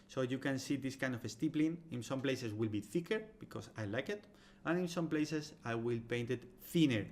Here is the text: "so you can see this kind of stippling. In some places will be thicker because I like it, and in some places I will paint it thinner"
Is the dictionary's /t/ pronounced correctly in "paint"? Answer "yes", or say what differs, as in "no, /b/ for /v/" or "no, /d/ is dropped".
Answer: yes